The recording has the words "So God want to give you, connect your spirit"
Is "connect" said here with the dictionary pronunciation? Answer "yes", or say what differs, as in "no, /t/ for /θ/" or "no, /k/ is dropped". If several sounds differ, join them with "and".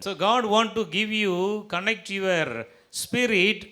yes